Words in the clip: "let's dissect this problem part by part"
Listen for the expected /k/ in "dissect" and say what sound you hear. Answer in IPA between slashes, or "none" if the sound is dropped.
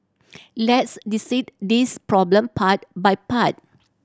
none